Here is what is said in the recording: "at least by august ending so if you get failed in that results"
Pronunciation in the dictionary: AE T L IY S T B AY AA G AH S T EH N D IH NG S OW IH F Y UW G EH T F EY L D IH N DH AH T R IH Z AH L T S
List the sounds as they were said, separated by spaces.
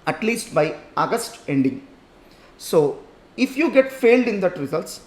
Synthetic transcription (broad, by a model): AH T L IY S T B AY AA G AH S T EH N D IH NG S OW IH F Y UW G EH T F EY L D IH N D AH T R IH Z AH L T S